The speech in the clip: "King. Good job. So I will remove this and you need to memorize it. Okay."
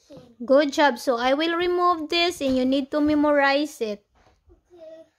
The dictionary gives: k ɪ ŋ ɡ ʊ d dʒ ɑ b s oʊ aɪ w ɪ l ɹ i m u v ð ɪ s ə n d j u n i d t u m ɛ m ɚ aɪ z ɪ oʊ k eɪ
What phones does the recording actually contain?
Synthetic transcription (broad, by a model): ɡ ʊ d dʒ ɑ b s oʊ aɪ w ɪ l ɹ i m u v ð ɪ s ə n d j u n i d t u m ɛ m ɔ aɪ s ɪ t